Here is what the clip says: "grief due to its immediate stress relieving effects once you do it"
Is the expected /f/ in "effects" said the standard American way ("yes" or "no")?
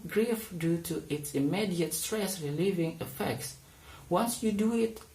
yes